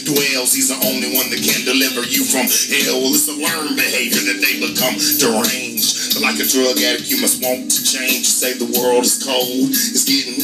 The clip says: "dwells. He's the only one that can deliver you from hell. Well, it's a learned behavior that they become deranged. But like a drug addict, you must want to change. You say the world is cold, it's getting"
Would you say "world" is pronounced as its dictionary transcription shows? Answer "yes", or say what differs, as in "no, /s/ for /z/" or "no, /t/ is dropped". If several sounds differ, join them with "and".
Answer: yes